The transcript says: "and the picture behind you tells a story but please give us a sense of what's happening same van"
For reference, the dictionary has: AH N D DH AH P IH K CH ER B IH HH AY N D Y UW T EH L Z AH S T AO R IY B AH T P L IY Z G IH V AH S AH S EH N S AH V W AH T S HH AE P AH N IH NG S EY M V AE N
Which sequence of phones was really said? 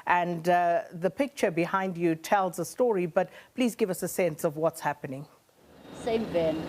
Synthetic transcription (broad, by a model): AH N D DH AH P IH K CH ER B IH HH AY N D Y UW T EH L Z AH S T AO R IY B AH T P L IY Z G IH V AH S AH S EH N S AH V W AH T S HH AE P AH N IH NG S EY M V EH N